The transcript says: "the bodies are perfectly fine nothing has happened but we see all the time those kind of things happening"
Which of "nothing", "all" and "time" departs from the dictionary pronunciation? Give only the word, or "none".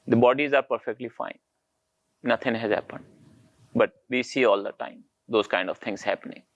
nothing